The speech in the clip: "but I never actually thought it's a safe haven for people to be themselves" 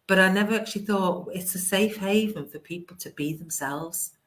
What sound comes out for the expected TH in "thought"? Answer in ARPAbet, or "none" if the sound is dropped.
TH